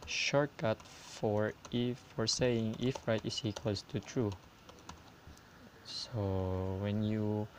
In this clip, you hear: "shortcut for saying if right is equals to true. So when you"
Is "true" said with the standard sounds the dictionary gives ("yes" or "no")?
yes